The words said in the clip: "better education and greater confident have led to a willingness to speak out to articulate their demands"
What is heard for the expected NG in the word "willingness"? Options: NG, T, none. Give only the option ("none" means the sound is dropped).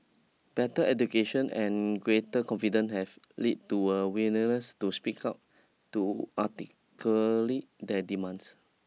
none